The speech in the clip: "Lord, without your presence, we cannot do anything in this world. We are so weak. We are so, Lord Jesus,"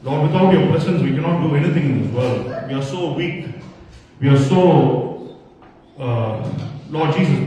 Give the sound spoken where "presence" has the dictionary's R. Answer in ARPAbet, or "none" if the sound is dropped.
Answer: none